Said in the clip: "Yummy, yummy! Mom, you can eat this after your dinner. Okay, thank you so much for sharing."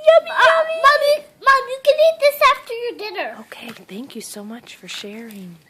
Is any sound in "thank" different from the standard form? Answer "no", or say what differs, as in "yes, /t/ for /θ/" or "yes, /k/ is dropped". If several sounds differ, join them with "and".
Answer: no